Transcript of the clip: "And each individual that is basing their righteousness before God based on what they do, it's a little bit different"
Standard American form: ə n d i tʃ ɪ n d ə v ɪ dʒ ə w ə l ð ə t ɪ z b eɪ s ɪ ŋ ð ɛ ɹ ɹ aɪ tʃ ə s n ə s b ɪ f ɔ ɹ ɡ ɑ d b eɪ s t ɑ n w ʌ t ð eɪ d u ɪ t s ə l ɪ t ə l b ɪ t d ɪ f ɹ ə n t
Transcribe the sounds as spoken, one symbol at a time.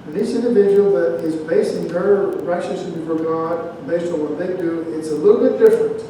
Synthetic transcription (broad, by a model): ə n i s ɪ n d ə v ɪ dʒ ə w l ð ə t ɪ z b eɪ s ɪ ŋ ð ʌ ɹ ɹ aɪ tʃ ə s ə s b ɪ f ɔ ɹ ɡ ɑ d b eɪ s t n w ʌ t ð eɪ d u ɪ t s ə l ɪ t l b ɪ t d ɪ f ɹ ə n t